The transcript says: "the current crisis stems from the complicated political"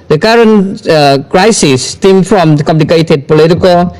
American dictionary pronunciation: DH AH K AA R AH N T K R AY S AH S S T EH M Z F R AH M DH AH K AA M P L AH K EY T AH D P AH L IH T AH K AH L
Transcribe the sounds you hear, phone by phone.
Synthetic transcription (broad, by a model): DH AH K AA R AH N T K R AY S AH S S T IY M F R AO M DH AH K AA M P L AH K EY T AH D P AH L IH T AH K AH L